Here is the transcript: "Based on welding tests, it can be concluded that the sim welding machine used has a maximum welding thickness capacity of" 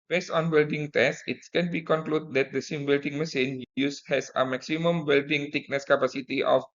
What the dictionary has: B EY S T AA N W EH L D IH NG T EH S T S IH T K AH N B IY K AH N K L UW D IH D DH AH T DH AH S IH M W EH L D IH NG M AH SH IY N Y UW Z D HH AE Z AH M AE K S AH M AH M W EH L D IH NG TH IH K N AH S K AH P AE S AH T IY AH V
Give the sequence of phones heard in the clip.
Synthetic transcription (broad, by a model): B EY S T AA N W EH L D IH NG T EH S S IH T K AH N B IY K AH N K L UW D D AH T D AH S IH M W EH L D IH NG M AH S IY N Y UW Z HH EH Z AH M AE K S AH M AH M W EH L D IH NG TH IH K N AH S K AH P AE S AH T IY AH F